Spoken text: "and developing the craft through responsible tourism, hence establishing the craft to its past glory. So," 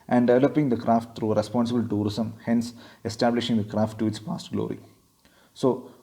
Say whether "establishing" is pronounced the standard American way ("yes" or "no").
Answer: yes